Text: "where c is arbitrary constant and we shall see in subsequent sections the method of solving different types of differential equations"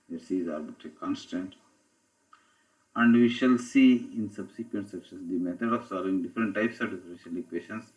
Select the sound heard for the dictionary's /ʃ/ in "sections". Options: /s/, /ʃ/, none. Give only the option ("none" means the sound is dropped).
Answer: /s/